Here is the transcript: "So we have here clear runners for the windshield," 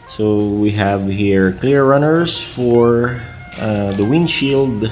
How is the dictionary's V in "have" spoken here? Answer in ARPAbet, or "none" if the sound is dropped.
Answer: V